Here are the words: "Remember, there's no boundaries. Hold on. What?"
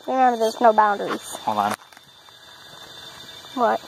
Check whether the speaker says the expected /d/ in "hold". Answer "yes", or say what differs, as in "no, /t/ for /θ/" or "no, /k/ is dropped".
no, /d/ is dropped